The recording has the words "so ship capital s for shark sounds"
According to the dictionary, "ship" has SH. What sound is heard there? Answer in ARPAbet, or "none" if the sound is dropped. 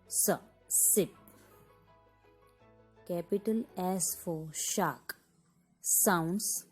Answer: S